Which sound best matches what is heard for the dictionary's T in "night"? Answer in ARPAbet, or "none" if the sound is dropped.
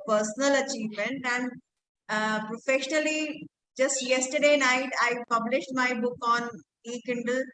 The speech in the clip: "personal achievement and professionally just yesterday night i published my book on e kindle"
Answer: T